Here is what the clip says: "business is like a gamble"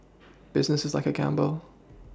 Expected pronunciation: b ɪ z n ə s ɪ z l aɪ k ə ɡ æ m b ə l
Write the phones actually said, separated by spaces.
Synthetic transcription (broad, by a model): b ɪ z n ə s ɪ z l aɪ k ə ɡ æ m b l